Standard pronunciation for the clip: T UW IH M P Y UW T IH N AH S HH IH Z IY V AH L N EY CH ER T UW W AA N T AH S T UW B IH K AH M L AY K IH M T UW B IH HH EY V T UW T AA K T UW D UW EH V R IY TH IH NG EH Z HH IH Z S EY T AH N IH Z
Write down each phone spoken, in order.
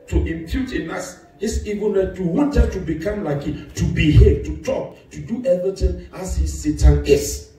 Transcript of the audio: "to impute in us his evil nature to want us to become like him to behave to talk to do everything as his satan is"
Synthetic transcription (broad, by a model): T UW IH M P Y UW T IH N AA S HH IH S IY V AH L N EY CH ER T UW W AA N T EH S T UW B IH K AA M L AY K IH T UW B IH HH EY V T UW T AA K T UW D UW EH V R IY T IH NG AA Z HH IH S EY T AH N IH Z